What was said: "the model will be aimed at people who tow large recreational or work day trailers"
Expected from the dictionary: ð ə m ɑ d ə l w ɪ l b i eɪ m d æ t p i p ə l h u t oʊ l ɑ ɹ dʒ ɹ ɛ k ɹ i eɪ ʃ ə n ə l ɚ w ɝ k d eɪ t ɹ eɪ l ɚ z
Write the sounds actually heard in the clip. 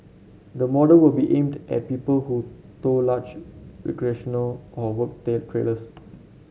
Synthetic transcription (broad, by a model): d ə m ɑ d ə l w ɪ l b i eɪ m d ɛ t p i p ə l h u t oʊ l ɑ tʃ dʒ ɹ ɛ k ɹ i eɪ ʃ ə n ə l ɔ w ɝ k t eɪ t ɹ eɪ l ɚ s